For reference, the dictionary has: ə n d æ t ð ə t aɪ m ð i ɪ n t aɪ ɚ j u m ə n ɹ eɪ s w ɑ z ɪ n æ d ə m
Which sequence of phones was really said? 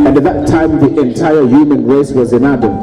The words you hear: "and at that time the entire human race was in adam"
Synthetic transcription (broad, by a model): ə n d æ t ð ə t aɪ m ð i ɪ n t aɪ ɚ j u m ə n ɹ eɪ s w ɑ z ɪ n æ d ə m